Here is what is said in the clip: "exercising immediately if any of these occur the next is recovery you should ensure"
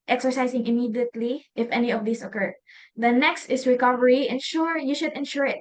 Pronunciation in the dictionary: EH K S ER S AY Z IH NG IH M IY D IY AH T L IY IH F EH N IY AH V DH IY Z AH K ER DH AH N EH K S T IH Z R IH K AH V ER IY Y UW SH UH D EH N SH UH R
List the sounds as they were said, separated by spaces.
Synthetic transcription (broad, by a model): EH K S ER S AY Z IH NG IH M IY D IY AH T L IY IH F EH N IY AH V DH IY S AH K ER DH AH N EH K S T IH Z R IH K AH V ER IY Y UW SH UH D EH N SH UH R